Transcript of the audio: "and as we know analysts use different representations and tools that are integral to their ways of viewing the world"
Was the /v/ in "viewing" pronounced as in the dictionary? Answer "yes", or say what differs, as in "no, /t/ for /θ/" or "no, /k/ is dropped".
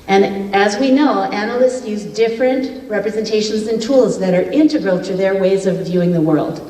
yes